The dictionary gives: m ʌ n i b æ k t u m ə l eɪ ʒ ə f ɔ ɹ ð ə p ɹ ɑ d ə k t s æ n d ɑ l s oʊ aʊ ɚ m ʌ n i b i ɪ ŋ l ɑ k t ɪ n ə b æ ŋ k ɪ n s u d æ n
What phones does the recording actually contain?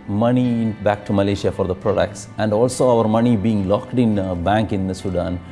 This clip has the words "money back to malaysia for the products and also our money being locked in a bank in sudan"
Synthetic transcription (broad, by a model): m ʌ n i b æ k t u m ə l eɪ ʃ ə f ɔ ɹ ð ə p ɹ ɑ d ə k t s æ n d ɑ l s oʊ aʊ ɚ m ʌ n i b i ɪ ŋ l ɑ k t ɪ n b æ ŋ k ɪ n s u d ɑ n